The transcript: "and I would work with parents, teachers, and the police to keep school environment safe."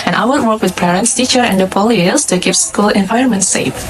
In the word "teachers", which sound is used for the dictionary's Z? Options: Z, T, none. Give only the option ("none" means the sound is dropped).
none